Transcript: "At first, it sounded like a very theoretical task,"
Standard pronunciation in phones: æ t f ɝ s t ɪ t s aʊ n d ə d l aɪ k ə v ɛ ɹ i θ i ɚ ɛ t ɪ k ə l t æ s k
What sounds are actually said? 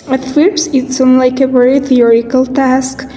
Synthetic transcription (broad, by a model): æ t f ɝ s ɪ t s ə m l aɪ k ə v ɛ ɹ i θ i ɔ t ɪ k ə l t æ s k